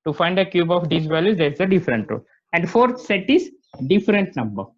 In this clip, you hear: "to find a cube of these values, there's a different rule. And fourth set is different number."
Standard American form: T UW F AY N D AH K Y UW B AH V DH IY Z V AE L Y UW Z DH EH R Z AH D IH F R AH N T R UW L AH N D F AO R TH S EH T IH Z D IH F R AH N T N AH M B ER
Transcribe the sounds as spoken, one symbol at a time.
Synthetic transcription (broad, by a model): T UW F AY N D AH K Y UW B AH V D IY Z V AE L Y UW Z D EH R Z AH D IH F R AH N T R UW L AH N D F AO R T S EH T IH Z D IH F R AH N T N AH M B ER